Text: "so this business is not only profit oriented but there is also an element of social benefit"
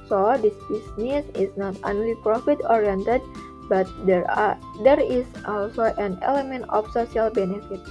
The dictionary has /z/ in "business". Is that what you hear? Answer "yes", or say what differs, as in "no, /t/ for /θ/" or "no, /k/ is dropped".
no, /s/ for /z/